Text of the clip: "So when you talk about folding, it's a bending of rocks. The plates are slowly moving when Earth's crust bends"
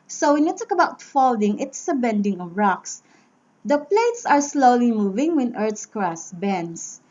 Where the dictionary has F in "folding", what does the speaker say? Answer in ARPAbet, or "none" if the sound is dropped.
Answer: F